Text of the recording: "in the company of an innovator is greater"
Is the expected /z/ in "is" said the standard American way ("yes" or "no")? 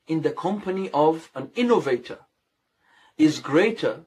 yes